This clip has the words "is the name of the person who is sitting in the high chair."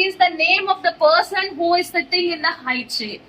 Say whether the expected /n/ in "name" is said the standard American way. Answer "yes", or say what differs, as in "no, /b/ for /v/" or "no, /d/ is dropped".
yes